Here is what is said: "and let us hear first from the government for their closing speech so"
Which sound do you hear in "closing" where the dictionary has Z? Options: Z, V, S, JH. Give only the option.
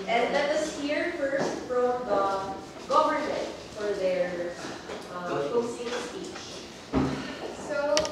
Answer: S